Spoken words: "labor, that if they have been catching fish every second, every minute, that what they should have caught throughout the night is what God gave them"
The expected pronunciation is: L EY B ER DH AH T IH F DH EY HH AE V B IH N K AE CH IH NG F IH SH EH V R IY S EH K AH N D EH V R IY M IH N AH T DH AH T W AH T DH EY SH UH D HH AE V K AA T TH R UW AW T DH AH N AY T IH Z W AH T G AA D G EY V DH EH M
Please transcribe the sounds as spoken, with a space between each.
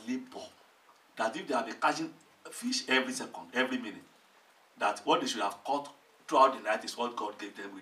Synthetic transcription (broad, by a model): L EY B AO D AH T IH F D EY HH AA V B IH K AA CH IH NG F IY SH EH V R IY S EH K AH N D EH V R IY M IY N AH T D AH T W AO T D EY SH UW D HH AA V K AA T T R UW AW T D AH N AY T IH S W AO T G AA D G EY V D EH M